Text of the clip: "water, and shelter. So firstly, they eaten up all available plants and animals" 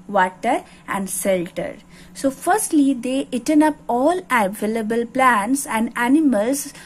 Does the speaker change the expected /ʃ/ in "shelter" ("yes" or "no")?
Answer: yes